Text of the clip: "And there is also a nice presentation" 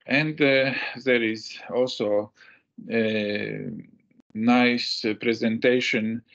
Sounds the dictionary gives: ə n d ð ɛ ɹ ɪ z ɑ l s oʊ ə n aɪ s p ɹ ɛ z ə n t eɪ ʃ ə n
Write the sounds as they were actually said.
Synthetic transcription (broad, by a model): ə n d ð ɛ ɹ ɪ z ɑ l s oʊ ə n aɪ s p ɹ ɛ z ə n t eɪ ʃ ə n